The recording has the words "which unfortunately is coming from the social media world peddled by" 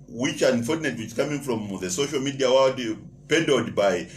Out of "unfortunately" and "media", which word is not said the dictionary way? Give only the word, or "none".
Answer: unfortunately